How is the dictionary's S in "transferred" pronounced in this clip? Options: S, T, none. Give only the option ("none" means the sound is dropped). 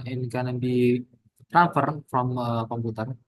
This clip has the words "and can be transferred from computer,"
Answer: none